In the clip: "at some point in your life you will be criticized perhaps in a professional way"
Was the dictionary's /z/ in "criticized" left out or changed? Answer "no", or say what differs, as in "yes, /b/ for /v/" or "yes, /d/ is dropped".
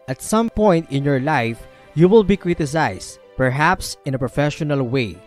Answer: yes, /s/ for /z/